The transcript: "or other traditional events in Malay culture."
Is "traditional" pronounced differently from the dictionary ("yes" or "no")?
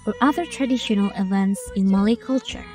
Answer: no